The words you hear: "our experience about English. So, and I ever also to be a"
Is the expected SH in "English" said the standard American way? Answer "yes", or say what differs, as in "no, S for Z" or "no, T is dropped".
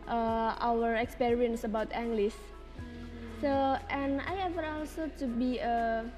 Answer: no, S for SH